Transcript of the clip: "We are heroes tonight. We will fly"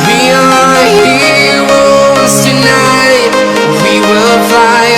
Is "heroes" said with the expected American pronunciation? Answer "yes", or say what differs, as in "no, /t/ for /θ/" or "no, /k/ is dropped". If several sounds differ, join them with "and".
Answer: no, /w/ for /ɹ/